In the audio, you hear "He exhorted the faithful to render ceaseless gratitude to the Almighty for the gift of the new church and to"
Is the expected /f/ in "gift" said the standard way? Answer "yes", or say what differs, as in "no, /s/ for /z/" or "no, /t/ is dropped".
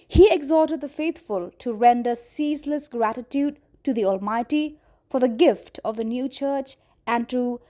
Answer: yes